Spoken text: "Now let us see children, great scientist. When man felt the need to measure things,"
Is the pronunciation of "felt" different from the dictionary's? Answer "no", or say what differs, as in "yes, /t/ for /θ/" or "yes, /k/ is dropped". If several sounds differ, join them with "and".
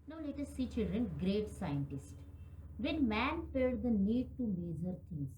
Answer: yes, /p/ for /f/